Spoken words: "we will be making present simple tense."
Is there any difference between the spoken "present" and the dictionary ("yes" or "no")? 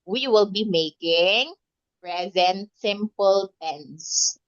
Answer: no